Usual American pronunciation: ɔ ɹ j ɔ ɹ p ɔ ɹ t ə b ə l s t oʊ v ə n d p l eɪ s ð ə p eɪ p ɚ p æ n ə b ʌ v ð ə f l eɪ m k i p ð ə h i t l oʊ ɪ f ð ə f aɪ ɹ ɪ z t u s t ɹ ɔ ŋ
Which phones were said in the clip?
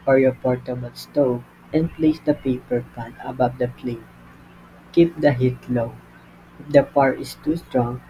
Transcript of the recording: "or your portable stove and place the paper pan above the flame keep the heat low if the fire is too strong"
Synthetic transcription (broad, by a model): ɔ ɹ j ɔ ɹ p ɔ ɹ t ə b ə l s t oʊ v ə n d p l eɪ s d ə p eɪ p ɚ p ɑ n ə b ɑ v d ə p l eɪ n k i p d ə h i t l oʊ ɪ f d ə p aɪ ɹ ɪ s t u s t ɹ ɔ ŋ